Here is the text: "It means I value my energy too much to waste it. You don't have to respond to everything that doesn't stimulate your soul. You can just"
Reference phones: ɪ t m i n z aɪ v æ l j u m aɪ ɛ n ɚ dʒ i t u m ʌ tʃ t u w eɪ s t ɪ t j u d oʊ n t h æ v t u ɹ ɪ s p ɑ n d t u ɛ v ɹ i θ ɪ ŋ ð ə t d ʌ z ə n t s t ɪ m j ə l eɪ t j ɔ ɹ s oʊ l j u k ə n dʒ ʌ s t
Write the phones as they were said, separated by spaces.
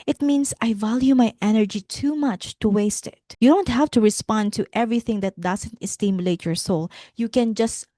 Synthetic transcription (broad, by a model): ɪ t m i n s aɪ v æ l j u m aɪ ɛ n ɚ dʒ i t u m ʌ tʃ t u w eɪ s t ɪ t j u d oʊ n t h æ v t u ɹ ɪ s p ɑ n d t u ɛ v ɹ i θ ɪ ŋ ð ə t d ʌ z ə n t s t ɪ m j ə l eɪ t j ɔ ɹ s oʊ l j u k ə n dʒ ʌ s t